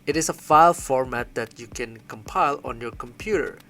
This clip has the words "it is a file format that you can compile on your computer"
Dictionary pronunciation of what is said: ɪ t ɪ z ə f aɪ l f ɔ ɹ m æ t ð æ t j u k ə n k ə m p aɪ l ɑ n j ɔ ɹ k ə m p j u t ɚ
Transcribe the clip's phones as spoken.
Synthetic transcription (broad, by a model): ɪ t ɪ s ə f aɪ l f ɔ ɹ m æ t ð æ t j u k ə n k ə m p aɪ l ɑ n j ɔ ɹ k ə m p j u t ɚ